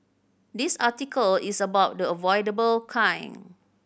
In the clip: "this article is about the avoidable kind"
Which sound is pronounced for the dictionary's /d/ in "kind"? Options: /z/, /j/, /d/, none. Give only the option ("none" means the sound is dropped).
none